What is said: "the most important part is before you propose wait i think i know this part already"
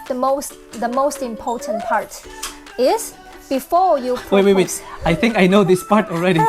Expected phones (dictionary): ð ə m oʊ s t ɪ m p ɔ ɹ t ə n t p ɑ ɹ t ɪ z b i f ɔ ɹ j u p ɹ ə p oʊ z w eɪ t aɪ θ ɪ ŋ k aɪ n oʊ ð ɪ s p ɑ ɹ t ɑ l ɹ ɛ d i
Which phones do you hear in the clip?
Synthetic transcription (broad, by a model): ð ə m oʊ s t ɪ m p ɔ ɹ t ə n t p ɑ ɹ t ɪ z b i f ɔ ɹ j u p w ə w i w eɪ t aɪ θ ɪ ŋ k aɪ n oʊ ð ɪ s p ɑ ɹ t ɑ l ɹ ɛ d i